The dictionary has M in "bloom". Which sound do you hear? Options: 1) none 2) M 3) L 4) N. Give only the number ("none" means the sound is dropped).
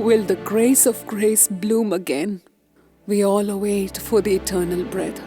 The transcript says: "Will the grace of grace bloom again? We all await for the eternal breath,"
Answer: 2